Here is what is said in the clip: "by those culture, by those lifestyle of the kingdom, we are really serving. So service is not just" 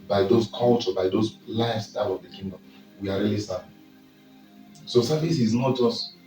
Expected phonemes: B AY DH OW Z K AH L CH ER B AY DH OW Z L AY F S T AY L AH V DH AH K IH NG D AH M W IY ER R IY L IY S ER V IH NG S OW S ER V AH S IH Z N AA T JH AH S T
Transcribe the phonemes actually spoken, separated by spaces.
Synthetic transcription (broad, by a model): B AY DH OW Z K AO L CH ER B AY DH OW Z L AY S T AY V AH V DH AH K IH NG D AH M W IY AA R IY L IY S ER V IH S OW S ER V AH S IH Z N AA T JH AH S T